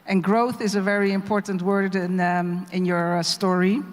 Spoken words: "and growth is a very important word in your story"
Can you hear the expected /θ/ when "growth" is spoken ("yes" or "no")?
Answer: yes